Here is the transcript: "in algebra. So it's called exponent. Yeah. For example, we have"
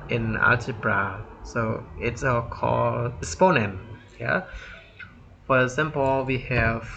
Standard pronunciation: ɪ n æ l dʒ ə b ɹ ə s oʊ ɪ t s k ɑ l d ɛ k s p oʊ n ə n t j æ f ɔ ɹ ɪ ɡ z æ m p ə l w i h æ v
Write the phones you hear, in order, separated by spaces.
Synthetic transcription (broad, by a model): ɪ n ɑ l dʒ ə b ɹ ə s oʊ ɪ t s k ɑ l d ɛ s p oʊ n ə n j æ f ɔ ɹ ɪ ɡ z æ m p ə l w i h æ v